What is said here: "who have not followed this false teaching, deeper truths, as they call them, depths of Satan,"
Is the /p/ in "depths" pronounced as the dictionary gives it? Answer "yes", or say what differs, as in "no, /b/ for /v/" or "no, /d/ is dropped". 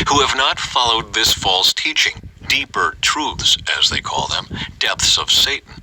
yes